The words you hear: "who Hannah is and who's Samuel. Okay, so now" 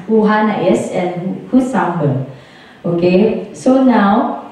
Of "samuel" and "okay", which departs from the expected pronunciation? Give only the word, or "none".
samuel